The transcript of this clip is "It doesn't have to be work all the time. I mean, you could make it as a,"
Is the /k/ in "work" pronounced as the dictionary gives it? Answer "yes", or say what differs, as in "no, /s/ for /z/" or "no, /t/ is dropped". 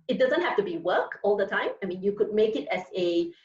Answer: yes